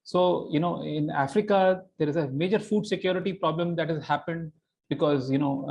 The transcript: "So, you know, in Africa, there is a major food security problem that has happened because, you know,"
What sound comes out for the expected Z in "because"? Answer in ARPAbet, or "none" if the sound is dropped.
Z